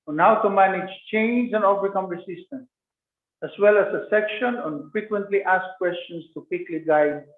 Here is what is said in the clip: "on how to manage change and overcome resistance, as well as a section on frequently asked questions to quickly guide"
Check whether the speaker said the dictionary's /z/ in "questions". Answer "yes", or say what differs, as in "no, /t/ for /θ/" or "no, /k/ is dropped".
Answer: no, /s/ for /z/